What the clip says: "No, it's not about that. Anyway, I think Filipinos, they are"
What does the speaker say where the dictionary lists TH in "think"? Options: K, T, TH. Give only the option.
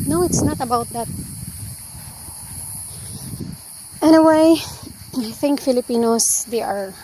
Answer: TH